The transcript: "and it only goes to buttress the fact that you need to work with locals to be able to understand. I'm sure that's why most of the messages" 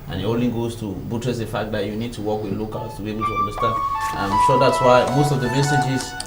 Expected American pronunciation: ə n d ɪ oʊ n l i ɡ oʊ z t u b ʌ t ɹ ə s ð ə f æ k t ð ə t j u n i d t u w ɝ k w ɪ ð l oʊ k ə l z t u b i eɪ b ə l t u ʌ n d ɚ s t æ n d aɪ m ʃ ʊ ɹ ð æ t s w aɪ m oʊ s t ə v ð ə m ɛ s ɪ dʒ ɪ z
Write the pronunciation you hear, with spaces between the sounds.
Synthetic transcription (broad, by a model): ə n ɪ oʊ l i ɡ oʊ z t u b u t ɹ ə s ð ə f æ k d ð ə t j u n i d t u w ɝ k w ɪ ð l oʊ k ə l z t u b i eɪ b ə l t u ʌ n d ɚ s t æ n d aɪ m ʃ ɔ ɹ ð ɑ t s w aɪ m oʊ s t ə v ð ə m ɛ s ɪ dʒ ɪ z